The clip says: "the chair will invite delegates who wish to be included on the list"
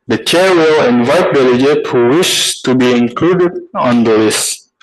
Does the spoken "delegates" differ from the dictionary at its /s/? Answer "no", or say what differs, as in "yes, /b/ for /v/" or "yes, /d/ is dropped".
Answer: yes, /s/ is dropped